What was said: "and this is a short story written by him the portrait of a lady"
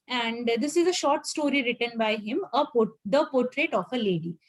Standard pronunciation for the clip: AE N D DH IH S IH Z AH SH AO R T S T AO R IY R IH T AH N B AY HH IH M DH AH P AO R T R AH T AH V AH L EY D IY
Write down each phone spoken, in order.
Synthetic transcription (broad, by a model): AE N D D IH S IH Z AH SH AO R T S T AO R IY R IH T AH N B AY HH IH M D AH P AO R T R AH T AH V AH L EY D IY